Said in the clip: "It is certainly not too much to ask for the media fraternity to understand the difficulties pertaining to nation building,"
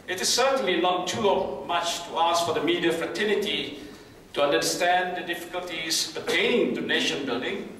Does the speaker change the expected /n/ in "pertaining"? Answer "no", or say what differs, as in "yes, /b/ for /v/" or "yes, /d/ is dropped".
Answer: yes, /n/ is dropped